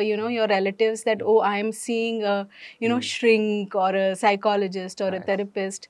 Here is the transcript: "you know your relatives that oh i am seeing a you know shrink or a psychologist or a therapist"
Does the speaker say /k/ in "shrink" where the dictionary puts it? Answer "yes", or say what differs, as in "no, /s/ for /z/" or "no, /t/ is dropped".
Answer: yes